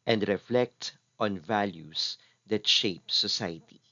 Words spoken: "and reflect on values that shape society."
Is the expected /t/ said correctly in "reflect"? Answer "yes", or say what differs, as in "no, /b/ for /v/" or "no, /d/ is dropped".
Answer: yes